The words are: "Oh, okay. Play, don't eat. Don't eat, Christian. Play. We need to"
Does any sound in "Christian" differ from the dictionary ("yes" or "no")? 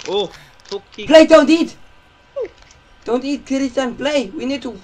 yes